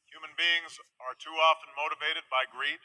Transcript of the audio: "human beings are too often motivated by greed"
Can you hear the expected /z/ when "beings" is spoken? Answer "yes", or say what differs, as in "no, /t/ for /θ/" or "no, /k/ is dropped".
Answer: yes